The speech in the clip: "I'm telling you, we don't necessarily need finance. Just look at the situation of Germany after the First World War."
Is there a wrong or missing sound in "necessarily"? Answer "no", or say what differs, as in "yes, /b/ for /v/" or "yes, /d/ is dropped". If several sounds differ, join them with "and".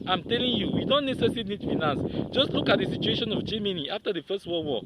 yes, /n/ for /l/